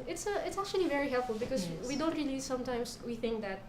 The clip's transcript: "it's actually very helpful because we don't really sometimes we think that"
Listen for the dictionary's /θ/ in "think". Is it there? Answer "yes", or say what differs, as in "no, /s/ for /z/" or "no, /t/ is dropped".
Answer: yes